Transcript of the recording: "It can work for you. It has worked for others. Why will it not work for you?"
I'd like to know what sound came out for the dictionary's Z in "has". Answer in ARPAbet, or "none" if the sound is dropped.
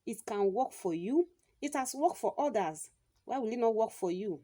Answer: S